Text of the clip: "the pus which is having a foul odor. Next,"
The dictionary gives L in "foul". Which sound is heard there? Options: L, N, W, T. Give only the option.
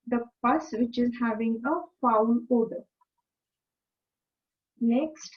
N